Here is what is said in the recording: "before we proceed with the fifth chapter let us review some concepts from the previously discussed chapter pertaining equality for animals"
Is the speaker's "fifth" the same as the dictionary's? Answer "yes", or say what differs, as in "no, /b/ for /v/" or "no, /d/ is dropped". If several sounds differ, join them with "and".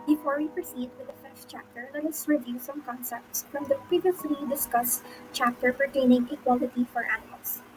no, /s/ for /θ/